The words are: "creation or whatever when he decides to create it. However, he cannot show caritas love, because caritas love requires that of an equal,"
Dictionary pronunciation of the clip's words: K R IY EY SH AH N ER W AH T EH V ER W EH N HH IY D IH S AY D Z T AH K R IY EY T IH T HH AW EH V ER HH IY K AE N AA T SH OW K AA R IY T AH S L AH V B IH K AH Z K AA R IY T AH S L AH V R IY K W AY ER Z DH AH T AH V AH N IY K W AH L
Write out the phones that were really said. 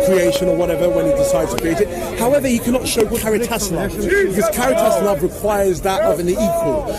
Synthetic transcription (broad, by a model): K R IY EY SH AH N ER W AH T EH V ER W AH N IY D IH S AY D Z T AH K R IY EY T IH T HH AW EH V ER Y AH K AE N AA T SH OW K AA R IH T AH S N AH B IH K AH Z K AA R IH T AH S N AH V R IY K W AY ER Z DH AH T AH V AH N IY K W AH L